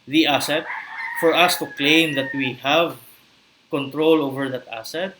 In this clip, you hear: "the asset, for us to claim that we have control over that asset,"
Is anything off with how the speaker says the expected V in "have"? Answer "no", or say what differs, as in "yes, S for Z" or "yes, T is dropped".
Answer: no